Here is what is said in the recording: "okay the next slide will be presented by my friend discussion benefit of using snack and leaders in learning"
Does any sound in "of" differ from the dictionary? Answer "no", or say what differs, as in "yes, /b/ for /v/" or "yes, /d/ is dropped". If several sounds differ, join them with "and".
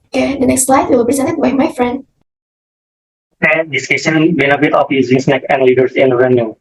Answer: yes, /p/ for /v/